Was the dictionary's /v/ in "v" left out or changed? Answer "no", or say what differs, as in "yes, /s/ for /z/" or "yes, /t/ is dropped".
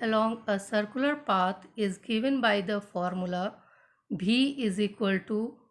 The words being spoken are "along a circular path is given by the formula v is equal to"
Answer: yes, /b/ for /v/